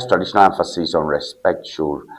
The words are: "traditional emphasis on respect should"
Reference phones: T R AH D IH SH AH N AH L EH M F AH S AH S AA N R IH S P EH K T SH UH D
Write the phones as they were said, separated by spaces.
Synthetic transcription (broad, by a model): T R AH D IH SH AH N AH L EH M F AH S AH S AA N R IH S P EH K T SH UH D